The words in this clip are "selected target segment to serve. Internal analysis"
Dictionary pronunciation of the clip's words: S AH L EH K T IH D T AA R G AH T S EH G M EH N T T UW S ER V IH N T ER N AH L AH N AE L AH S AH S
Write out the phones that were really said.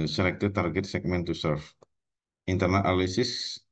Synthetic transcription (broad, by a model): S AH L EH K T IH T AA R G AH T S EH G M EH N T T UW S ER F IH N T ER N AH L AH L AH S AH S